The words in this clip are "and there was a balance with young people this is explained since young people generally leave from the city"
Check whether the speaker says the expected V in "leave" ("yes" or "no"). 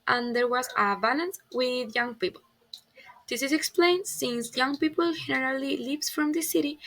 no